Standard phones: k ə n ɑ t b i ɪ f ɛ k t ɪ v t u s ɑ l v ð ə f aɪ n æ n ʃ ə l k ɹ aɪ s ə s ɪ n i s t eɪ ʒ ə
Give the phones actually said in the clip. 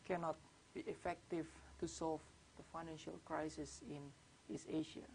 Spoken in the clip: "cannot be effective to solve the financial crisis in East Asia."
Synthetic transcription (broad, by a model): k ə n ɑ t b i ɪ f ɛ k t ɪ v t u s ɑ l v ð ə f aɪ n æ n ʃ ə l k ɹ aɪ s ə s ɪ n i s eɪ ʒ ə